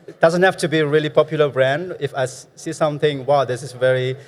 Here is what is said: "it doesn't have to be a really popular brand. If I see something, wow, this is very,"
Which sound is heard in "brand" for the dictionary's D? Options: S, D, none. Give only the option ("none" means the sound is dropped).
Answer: D